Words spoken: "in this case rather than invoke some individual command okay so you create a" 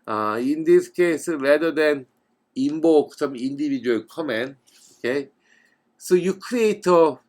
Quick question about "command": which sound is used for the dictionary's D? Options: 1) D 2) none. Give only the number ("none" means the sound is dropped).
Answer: 2